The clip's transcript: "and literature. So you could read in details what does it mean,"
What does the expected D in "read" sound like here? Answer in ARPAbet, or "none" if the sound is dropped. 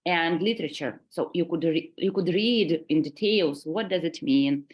D